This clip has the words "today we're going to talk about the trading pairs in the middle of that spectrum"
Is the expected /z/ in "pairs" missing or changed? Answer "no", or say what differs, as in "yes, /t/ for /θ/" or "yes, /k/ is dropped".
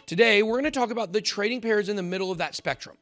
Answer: no